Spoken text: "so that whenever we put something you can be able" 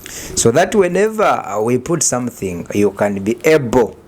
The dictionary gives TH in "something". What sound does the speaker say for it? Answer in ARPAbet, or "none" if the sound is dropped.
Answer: TH